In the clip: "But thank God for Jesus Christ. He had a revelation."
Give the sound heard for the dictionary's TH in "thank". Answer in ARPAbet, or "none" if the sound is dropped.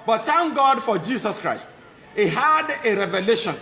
T